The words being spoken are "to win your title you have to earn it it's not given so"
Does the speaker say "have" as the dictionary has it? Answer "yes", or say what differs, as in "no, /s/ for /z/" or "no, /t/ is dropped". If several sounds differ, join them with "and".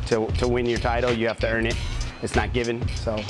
no, /f/ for /v/